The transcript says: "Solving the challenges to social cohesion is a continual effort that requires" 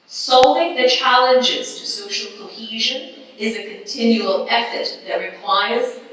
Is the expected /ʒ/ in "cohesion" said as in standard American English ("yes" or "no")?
yes